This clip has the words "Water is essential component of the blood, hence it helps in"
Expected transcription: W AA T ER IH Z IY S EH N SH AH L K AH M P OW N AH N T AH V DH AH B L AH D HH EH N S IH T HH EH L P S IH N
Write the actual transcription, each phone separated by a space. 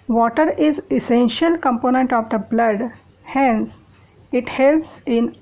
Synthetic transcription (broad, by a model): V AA T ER IH Z IY S EH N SH AH L K AH M P OW N AH N T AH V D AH B L AH D HH EH N S IH T HH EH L S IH N